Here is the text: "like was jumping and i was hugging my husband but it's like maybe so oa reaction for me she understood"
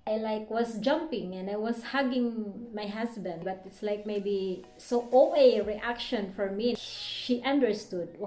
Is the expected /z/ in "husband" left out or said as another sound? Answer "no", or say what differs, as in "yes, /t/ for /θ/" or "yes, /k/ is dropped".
yes, /s/ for /z/